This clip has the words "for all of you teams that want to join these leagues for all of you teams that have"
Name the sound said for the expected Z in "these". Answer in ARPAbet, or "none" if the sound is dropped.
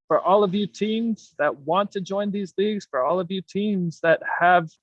Z